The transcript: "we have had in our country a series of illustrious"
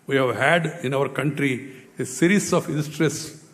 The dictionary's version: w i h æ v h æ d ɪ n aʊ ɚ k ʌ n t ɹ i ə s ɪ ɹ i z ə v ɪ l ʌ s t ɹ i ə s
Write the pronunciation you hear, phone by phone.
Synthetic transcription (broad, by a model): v i h æ v h æ d ɪ n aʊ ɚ k ʌ n t ɹ i ə s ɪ ɹ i s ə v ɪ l s t ɹ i s